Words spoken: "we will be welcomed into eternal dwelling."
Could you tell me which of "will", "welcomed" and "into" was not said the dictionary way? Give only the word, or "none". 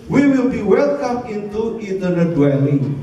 welcomed